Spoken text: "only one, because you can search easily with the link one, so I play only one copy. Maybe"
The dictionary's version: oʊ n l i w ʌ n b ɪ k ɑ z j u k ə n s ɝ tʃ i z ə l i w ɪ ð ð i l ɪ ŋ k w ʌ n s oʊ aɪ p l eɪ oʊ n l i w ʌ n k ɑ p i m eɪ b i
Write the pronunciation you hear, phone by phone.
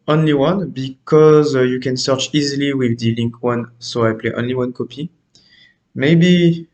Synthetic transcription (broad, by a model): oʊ n l i w ʌ n b ɪ k ɑ z j u k ə n s ɝ tʃ i z ə l i w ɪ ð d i l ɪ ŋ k w ʌ n s oʊ aɪ p l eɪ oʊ n l i w ʌ n k ɑ p i m eɪ b i